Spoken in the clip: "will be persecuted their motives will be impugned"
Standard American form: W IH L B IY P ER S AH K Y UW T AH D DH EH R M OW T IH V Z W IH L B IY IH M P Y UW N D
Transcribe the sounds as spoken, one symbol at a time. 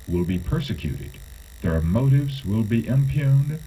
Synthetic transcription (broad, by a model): W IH L B IY P ER S AH K Y UW T AH D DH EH R M OW T IH V Z W IH L B IY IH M P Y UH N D